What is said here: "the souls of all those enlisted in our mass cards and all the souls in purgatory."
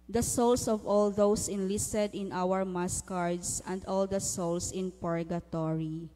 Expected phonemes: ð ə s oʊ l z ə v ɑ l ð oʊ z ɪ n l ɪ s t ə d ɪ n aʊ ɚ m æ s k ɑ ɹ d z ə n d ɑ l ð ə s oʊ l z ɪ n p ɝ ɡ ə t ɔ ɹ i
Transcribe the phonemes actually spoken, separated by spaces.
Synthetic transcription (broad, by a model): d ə s oʊ l s ə v ɑ l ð oʊ s ɪ n l ɪ s t ə d ɪ n aʊ ɚ m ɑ s k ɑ ɹ d s ə n d ɑ l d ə s oʊ l s ɪ n p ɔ ɡ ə t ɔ ɹ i